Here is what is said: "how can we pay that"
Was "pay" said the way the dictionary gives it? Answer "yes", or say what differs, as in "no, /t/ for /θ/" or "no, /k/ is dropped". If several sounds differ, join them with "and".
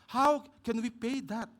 yes